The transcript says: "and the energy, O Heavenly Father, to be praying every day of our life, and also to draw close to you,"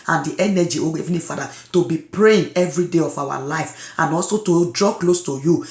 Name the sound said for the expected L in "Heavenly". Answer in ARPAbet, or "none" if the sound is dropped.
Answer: none